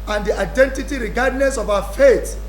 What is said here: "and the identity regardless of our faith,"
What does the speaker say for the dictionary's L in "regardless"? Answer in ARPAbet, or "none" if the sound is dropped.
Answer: N